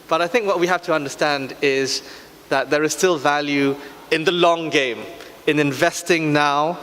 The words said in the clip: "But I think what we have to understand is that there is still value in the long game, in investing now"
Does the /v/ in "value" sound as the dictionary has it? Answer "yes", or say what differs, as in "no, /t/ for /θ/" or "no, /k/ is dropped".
yes